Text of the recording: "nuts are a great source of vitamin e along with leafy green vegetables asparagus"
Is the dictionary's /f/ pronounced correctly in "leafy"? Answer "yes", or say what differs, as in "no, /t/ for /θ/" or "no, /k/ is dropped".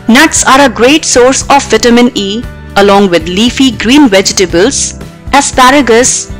yes